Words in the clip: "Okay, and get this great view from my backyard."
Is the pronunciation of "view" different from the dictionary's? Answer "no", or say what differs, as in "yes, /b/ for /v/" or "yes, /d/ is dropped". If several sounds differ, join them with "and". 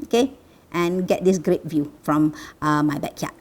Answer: no